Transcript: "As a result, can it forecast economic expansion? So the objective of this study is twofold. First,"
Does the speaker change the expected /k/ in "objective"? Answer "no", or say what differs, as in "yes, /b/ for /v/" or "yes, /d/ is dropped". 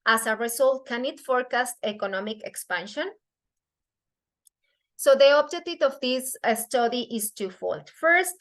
yes, /k/ is dropped